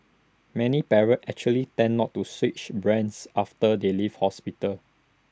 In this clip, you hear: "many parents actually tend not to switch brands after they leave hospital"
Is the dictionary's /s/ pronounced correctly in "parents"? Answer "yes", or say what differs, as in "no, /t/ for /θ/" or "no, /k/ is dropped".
no, /s/ is dropped